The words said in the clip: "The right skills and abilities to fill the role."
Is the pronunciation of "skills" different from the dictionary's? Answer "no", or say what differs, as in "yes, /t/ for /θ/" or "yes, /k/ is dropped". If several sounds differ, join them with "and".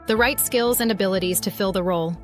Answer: no